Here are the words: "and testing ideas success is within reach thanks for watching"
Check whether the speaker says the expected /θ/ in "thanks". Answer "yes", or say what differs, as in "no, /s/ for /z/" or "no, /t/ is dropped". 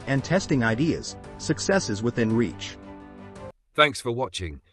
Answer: yes